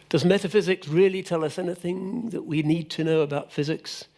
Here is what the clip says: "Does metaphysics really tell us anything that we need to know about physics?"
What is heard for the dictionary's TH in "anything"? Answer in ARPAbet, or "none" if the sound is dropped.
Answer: TH